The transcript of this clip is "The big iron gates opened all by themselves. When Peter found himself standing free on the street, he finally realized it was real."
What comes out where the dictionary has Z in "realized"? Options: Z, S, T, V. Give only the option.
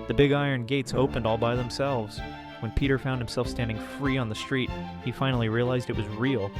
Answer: Z